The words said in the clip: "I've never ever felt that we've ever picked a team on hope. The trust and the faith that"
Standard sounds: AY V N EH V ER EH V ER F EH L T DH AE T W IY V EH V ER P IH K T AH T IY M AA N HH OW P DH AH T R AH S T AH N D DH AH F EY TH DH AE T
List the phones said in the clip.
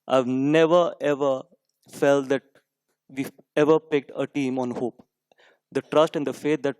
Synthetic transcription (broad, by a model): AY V N EH V ER EH V ER F EH L T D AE T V IY EH V ER P IH K T AH T IY M AA N HH OW P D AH T R AH S T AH N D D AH F EY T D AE T